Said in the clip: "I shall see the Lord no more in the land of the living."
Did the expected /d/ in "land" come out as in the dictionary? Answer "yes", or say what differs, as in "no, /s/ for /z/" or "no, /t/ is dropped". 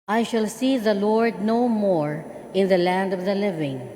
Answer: yes